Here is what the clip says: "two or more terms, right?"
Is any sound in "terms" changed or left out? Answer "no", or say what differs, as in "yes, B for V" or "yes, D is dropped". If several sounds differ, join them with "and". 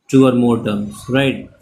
yes, Z is dropped